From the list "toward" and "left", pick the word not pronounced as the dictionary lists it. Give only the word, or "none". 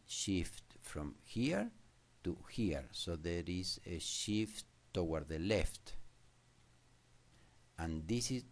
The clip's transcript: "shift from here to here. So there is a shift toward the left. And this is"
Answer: toward